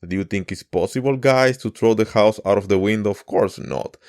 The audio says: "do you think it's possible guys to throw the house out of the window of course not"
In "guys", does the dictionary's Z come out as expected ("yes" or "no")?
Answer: no